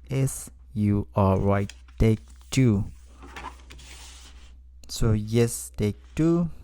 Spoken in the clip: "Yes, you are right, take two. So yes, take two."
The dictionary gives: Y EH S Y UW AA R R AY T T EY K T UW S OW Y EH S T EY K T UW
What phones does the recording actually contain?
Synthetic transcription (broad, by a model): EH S Y UW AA L R AY T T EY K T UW S OW Y EH S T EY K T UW